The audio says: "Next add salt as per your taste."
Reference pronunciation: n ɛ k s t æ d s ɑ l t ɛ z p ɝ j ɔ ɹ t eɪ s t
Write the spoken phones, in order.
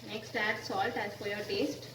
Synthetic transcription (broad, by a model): n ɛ k s t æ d s ɑ l t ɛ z f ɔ j ɔ ɹ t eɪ s t